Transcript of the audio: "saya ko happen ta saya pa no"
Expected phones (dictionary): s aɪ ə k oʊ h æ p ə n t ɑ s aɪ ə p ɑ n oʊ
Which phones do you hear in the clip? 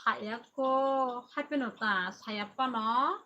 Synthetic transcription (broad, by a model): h aɪ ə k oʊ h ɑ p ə n t ɑ s aɪ ə p ɑ n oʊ